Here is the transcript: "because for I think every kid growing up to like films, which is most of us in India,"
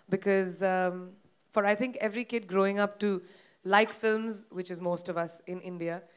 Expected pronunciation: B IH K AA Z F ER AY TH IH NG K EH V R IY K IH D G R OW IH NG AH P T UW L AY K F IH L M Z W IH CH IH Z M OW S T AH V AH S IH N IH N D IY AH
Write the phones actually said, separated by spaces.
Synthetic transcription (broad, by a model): B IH K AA Z F ER AY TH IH NG K EH V R IY K IH D G R OW IH NG AH P T UW L AY K F IH L M Z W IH CH IH Z M OW S T AH V AH S IH N IH N D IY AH